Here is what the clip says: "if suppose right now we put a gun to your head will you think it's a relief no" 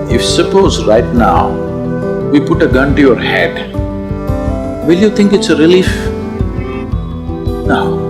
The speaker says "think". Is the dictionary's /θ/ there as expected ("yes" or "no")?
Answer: no